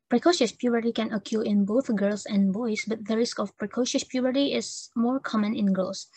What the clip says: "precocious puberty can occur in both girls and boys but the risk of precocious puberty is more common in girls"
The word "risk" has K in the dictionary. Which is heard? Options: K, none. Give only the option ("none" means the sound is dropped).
K